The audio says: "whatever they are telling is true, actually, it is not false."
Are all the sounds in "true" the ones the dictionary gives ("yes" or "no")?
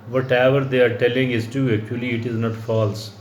no